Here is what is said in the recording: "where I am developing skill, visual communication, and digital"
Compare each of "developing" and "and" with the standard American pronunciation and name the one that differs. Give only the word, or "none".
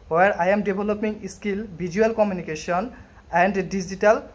developing